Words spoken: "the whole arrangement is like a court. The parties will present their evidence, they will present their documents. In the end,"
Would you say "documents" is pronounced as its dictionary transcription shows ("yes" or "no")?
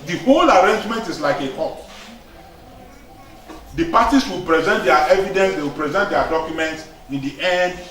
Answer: yes